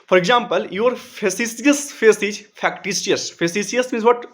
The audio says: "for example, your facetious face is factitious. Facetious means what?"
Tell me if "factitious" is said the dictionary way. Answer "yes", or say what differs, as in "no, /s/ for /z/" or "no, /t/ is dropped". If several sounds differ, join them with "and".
no, /s/ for /ʃ/